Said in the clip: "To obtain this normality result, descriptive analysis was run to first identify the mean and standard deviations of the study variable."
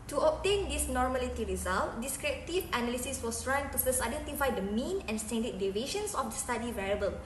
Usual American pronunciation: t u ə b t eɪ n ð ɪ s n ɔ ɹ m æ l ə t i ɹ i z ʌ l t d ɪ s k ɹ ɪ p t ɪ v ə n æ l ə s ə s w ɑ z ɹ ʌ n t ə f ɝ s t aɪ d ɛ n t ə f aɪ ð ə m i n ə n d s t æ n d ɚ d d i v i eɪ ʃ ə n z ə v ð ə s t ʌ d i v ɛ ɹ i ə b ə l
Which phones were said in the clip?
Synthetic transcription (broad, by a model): t u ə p t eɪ n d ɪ s n ɔ ɹ m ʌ l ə t i ɹ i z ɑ l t d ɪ s k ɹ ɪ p t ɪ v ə n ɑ l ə s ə s w ɑ s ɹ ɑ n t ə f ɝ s aɪ d ɛ n t ə f aɪ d ə m i n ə n s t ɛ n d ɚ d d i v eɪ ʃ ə n s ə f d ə s t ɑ d i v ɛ ɹ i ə b ə l